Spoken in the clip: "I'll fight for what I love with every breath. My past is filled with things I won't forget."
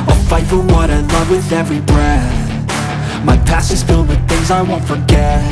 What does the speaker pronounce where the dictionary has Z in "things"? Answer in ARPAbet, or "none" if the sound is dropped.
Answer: Z